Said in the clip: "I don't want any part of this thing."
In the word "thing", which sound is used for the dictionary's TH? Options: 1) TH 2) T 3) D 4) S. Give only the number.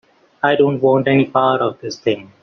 2